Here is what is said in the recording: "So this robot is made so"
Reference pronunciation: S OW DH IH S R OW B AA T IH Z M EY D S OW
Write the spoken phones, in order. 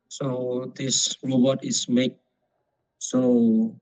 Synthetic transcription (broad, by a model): S OW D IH S R OW B AA T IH S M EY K S OW